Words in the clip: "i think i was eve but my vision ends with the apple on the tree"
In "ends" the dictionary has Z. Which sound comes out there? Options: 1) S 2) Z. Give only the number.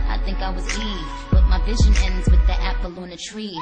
2